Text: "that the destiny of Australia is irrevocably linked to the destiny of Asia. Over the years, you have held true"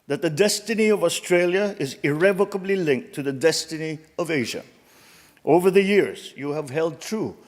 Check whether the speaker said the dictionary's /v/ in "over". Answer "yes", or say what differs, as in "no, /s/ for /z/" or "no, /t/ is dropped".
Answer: yes